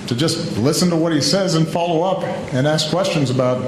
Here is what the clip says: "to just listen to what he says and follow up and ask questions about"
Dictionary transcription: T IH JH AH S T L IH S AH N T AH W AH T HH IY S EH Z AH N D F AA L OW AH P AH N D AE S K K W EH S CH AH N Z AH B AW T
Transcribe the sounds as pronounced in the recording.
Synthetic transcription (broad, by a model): T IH JH AH S T L IH S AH N T AH W AH T HH IY S EH Z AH N F AA L OW AH P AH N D AE S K K W EH S CH AH N Z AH B AW T